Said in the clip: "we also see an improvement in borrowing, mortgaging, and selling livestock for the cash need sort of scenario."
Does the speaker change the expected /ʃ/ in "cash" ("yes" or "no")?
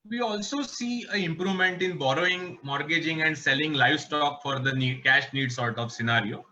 no